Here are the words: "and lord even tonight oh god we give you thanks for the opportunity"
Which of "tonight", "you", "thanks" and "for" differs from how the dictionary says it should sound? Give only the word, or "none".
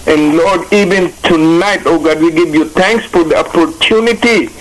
thanks